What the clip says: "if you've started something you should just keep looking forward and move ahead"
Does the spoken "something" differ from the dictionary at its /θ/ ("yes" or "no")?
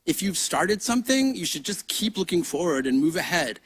no